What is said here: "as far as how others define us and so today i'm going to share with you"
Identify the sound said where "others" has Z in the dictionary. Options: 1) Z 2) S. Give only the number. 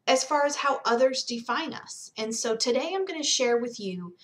1